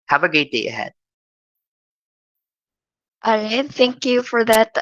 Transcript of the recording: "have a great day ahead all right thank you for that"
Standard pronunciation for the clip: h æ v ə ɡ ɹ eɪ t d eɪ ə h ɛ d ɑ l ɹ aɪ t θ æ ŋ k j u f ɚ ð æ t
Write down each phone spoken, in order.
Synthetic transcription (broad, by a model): h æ v ə ɡ eɪ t d eɪ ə h ɛ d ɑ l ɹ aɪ θ æ ŋ k j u f ɚ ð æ t